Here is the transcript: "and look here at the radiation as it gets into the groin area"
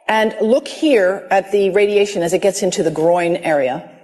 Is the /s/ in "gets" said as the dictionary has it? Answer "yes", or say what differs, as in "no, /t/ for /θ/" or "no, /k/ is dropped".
yes